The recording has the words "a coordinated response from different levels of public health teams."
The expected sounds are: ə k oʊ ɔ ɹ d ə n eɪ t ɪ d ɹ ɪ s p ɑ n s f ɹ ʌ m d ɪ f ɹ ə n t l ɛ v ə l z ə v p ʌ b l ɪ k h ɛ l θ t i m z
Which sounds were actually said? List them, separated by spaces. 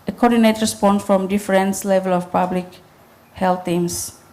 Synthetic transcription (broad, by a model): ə k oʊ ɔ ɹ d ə n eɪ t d ɹ ɪ s p ɑ n s f ɹ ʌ m d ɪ f ɹ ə n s l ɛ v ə l ə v p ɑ b l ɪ k h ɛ l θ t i m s